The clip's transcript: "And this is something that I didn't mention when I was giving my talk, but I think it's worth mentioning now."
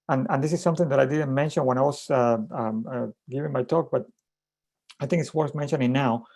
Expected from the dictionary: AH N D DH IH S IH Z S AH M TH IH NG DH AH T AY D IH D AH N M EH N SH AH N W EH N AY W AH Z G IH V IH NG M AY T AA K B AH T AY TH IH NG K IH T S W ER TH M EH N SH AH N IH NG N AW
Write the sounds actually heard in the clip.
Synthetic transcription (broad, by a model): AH N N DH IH S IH S AH M TH IH NG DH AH T AY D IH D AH N M EH N SH AH N W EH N AY W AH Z G IH V IH NG M AY T AA K B AH T AY TH IH NG K IH T S W ER TH M EH N SH AH N IH NG N AW